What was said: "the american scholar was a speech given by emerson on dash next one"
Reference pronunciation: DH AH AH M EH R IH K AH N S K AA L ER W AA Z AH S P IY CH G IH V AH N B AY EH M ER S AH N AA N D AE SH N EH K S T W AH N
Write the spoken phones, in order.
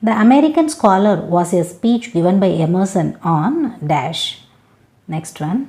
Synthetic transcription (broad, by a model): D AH AH M EH R IH K AH N S K AA L ER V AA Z AH S P IY CH G IH V AH N B AY EH M ER S AH N AA N D AE SH N EH K S T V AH N